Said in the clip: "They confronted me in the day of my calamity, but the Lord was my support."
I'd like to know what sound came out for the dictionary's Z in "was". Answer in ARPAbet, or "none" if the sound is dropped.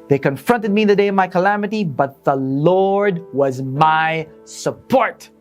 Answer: Z